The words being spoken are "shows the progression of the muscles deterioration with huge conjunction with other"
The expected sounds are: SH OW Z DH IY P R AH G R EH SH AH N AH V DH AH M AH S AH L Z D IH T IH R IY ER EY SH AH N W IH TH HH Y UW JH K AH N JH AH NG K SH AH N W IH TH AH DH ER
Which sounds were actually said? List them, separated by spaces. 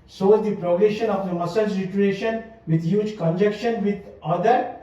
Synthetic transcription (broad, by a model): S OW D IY P R AH G R EH SH AH N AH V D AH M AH S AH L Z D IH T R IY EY SH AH N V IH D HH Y UW JH K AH N JH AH K SH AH N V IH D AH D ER